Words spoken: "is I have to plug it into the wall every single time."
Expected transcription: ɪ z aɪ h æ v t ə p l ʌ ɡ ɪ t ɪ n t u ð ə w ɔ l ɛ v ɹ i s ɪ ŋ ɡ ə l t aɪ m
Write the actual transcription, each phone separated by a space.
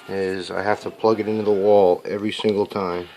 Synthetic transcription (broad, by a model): ɪ z aɪ h æ f t ə p l ʌ ɡ ɪ t ɪ n t u ð ə w ɔ l ɛ v ɹ i s ɪ ŋ ɡ l t aɪ m